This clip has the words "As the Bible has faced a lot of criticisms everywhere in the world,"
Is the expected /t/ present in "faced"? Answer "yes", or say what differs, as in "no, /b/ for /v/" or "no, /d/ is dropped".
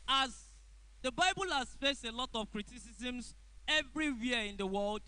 yes